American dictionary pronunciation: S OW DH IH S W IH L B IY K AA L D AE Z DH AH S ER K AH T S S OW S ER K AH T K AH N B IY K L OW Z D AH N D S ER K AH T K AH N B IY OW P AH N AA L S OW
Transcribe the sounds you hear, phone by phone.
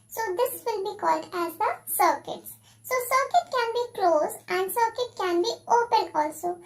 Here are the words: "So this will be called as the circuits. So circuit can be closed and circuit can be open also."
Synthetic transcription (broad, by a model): S OW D IH S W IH L B IY K AA L D AE Z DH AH S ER K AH T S S OW S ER K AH T K AH N B IY K L OW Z AH N D S ER K AH T K AH N B IY OW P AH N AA L S OW